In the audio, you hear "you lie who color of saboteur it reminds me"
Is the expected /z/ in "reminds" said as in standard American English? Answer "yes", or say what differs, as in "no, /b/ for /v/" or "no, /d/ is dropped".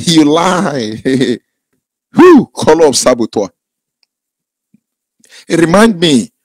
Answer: no, /z/ is dropped